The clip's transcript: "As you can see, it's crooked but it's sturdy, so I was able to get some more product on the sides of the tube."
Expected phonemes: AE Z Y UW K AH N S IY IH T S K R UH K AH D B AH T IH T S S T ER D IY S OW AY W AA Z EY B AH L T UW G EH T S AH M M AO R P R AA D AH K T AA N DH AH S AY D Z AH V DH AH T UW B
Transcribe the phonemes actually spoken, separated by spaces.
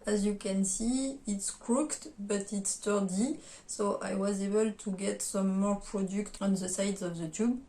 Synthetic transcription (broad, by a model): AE Z Y UW K AH N S IY IH T S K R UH K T B AH T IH T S S T ER D IY S OW AY W AA Z EY B AH L T UW G EH T S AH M M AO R P R AA D AH K T AA N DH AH S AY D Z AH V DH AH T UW B